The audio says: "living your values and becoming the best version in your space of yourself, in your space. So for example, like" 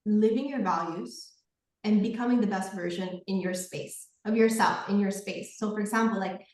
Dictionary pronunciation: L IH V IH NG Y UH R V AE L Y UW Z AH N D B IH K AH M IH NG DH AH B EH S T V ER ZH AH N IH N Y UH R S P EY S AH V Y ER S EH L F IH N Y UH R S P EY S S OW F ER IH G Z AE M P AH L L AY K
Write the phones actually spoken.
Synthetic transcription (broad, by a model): L IH V IH NG Y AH R V AE L Y UW Z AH N B IH K AH M IH NG DH AH B EH S T V ER ZH AH N IH N Y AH R S P EY S AH V Y ER S EH L F IH N Y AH R S P EY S S OW F ER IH G Z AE M P L L AY K